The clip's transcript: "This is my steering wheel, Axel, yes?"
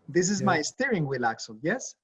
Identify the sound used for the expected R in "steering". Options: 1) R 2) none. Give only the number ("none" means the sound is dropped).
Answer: 1